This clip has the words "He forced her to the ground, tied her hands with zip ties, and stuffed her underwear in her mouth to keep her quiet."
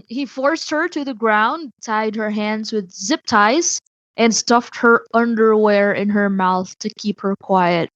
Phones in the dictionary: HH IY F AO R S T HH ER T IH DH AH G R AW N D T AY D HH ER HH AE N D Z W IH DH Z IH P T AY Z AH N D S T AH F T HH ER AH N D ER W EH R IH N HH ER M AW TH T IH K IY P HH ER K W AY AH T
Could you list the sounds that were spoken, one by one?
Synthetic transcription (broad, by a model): HH IY F AO R S T HH ER T IH DH AH G R AW N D T AY D HH ER HH AE N D Z W IH DH Z IH P T AY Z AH N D S T AH F T HH ER AH N D ER W EH R IH N HH ER M AW TH T IH K IY P HH ER K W AY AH T